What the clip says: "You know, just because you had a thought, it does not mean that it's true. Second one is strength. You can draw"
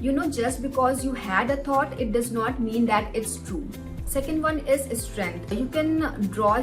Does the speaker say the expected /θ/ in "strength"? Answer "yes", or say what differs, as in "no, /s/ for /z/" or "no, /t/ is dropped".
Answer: no, /t/ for /θ/